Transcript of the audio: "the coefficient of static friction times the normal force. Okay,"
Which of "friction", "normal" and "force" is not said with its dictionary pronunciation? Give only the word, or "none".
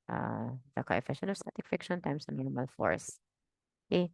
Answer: friction